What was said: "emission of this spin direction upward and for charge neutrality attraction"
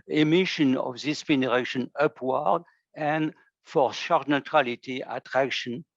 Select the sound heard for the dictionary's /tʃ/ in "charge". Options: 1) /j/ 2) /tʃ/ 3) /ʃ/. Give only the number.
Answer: 3